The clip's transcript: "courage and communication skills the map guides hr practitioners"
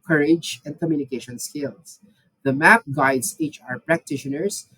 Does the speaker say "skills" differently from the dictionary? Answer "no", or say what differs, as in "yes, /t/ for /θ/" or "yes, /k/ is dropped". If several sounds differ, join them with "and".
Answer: yes, /s/ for /z/